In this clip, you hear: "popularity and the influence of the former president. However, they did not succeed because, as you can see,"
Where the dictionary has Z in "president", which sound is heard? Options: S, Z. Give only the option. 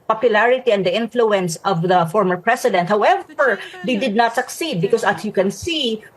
S